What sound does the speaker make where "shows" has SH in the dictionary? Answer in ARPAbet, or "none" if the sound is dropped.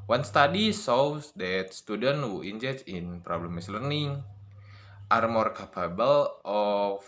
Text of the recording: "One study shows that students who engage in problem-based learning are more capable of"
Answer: S